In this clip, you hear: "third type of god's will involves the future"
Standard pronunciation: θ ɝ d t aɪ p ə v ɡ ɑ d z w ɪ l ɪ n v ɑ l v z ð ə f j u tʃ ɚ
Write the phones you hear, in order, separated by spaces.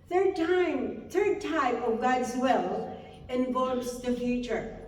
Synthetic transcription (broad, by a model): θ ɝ d t aɪ p ə v ɡ ɑ d z w ɪ l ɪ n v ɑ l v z ð ə f j u tʃ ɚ